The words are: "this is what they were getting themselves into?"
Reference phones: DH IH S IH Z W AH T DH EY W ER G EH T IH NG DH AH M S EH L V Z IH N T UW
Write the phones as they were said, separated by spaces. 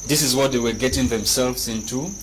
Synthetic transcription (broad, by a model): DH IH S IH Z W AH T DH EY W ER G EH T IH NG DH AH M S EH L V Z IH N T UW